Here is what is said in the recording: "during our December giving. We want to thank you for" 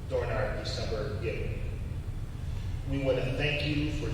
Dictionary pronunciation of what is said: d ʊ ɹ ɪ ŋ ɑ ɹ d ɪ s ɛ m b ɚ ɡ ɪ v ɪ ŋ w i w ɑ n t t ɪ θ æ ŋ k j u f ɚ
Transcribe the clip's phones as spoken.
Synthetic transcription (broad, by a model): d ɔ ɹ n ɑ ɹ d ɪ s ɛ m b ɚ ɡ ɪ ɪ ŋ w i w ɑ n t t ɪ θ æ ŋ k j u f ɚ